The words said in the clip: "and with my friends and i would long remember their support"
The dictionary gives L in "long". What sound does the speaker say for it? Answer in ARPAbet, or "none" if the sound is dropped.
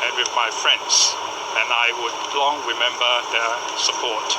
L